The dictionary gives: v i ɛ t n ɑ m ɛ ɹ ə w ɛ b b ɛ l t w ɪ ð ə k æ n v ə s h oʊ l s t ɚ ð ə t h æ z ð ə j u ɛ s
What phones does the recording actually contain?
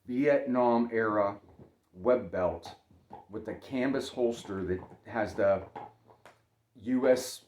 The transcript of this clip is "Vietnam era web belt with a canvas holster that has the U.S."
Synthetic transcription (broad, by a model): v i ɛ t n ɑ m ɛ ɹ ə w ɛ b b ɛ l t w ɪ ð ə k æ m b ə s h oʊ l s t ɚ ð ə t h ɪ z ð ə j u ɛ s